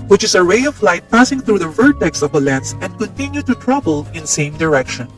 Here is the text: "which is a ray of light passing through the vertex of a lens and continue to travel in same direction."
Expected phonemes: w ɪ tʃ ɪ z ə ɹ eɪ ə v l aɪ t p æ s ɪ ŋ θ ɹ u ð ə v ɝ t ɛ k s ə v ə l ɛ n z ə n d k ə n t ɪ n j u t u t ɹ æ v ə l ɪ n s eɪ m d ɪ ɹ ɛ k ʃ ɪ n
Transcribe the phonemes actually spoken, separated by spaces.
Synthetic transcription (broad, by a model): w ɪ tʃ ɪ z ə ɹ eɪ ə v l aɪ t p æ s ɪ ŋ θ ɹ u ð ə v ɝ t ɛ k s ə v ə l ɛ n s ə n d k ə n t ɪ n j u t u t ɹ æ b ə l ɪ n s eɪ m d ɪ ɹ ɛ k ʃ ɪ n